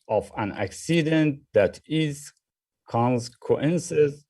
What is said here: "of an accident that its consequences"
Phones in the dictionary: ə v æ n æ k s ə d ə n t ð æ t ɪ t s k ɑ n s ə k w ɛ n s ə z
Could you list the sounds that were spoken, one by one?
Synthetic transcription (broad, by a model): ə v æ n æ k s ə d ə n t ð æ t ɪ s k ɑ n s k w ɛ n s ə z